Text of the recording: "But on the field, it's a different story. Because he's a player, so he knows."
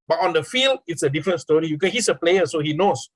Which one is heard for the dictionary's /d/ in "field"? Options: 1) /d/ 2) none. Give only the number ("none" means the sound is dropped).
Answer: 1